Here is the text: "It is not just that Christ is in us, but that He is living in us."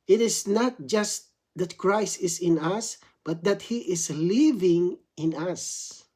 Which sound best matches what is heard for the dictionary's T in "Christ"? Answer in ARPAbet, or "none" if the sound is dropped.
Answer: T